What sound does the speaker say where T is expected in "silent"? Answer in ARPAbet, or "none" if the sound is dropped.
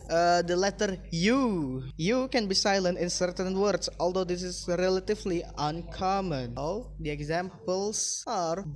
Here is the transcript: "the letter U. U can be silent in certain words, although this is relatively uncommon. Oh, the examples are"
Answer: T